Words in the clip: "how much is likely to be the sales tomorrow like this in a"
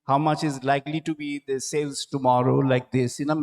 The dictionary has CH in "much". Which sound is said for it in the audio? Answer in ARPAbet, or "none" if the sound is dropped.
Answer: CH